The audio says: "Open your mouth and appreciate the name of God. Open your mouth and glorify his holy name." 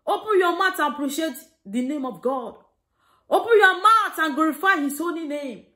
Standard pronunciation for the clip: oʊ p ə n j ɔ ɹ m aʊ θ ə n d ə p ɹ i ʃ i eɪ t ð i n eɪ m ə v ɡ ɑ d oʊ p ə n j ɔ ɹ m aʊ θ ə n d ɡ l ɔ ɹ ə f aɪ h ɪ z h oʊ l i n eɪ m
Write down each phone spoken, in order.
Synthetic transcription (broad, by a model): oʊ p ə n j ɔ m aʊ t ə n p ɹ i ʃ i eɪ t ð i n eɪ m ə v ɡ ɑ d oʊ p ə n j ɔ m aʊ t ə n ɡ l ɔ ɹ ə f aɪ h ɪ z oʊ n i n eɪ m